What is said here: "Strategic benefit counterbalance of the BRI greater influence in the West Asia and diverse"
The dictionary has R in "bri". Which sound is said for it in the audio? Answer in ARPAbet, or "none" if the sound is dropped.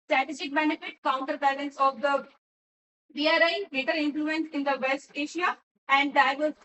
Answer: none